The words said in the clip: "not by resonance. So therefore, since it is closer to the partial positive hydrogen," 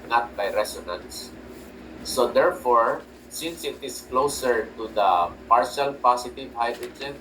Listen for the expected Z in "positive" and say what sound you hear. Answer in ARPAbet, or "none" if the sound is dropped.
S